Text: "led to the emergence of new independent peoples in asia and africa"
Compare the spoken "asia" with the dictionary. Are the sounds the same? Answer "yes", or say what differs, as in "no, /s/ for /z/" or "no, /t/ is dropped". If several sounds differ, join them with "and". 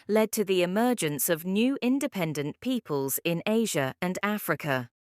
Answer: yes